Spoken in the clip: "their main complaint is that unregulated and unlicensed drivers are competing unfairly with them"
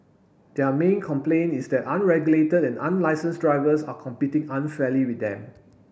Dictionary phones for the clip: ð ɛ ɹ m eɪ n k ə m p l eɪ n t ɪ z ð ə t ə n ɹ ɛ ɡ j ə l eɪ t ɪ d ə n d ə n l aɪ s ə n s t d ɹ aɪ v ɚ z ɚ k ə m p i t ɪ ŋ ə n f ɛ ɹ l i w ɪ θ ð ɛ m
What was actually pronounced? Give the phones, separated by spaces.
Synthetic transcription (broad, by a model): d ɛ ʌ m eɪ n k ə m p l eɪ n ɪ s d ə t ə n ɹ ɛ ɡ j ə l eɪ t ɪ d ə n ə n l aɪ s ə n s d ɹ aɪ v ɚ s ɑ k ə m p i t ɪ ŋ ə n f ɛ l i w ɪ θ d ɛ m